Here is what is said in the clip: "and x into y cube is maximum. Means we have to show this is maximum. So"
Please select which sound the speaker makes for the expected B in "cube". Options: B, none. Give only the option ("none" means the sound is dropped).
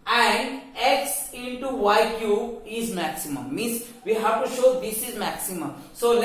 none